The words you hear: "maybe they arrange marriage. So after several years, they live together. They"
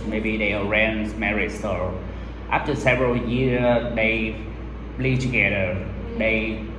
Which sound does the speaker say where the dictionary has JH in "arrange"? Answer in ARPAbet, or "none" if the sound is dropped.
Z